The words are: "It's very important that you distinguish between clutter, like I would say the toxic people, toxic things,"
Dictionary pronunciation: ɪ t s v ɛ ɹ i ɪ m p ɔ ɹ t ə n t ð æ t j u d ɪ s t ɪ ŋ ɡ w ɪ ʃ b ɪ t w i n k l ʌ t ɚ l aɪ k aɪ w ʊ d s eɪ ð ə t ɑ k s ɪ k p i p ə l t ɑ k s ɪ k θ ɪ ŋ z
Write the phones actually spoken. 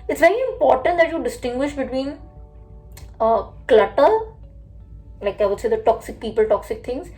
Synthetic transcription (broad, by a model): ɪ t s v ɛ ɹ i ɪ m p ɔ ɹ t ə n t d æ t j u d ɪ s t ɪ ŋ ɡ w ɪ ʃ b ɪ t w i n k l ʌ t ɚ l aɪ k aɪ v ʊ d s eɪ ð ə t ɑ k s ɪ k p i p ə l t ɑ k s ɪ k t ɪ ŋ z